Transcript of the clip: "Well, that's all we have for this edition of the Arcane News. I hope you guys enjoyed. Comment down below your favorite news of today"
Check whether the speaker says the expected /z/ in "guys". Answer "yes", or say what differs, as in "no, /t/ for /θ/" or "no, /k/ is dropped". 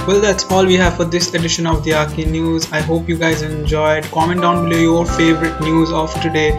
yes